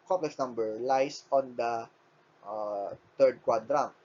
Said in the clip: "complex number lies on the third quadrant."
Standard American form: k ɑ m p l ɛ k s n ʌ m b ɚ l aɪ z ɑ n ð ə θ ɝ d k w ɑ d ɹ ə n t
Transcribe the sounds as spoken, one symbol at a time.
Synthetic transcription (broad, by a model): k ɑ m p l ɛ k s n ʌ m b ɚ l aɪ s ɑ n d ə t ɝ d k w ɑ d ɹ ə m